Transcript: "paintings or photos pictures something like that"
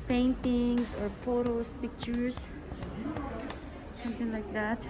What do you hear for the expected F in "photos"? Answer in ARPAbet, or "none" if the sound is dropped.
P